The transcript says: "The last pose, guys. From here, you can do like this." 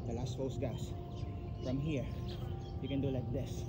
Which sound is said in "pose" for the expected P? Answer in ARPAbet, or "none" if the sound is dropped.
F